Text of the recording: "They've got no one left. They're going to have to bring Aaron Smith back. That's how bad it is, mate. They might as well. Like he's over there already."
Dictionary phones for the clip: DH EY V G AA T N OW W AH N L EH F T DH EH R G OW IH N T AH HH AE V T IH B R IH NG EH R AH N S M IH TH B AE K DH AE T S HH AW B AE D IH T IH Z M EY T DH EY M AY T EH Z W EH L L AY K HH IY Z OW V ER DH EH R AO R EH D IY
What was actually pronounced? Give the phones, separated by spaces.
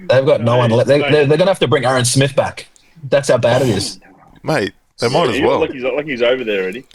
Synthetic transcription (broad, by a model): DH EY V G AA T N OW W AH N L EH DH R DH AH R G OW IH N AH HH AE F T IH B R IH NG EH R AH N S M IH TH B AE K DH AE T S HH AW B AE D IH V IH Z M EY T DH EY M AY T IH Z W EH L L AY K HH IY Z OW V ER DH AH R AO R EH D IY